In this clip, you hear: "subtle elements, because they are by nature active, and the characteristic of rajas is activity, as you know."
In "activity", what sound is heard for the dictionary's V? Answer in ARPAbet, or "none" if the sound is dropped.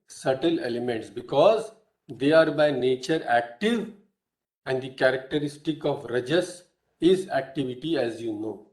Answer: V